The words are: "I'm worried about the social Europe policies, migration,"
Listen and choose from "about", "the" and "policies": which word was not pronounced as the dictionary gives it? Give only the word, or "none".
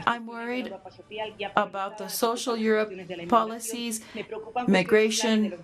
none